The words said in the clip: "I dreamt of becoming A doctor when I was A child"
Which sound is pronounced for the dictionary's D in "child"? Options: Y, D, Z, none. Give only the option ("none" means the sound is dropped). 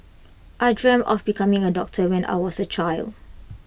D